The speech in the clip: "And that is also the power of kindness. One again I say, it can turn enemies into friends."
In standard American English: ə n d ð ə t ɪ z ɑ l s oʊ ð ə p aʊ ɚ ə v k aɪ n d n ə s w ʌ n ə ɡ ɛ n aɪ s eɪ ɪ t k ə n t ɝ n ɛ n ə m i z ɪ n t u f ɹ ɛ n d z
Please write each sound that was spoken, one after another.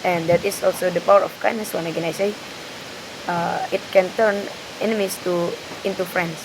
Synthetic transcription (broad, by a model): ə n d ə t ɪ s ɑ l s oʊ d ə p aʊ ɚ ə f k aɪ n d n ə s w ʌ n ə ɡ ɛ n aɪ s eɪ ɪ t k ə n t ɝ n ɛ n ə m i s ɪ n t u f ɹ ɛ n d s